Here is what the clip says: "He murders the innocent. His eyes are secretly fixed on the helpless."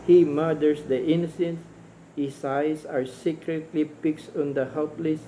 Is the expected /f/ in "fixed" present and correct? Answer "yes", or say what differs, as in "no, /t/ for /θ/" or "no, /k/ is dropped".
no, /p/ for /f/